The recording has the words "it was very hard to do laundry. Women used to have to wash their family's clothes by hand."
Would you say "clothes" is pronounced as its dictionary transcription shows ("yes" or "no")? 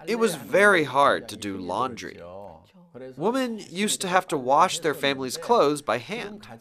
yes